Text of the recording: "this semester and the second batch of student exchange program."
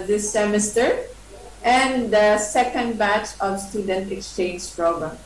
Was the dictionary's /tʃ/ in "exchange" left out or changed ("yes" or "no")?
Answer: no